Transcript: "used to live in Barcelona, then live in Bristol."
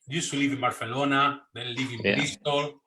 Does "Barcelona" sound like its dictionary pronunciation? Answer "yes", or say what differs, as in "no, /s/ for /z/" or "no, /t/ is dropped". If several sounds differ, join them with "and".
no, /θ/ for /s/